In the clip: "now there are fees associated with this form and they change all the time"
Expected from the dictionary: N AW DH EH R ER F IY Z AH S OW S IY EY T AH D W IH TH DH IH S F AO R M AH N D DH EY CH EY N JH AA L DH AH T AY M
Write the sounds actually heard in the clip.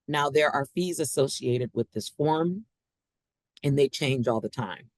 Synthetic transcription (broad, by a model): N AW DH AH R ER F IY Z AH S OW S IY EY T AH D W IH DH IH S F AO R M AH N DH EY CH EY N JH AA L DH AH T AY M